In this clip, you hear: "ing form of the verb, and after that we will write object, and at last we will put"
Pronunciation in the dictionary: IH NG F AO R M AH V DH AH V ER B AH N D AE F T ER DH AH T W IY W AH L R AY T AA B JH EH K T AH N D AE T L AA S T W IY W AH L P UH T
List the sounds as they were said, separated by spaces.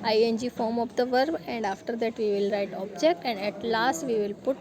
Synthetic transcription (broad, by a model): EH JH F AO R M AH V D AH V ER B AH N D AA F T ER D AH T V IY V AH L R AY T AA B JH EH K T AH N D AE T L AA S T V IY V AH L P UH T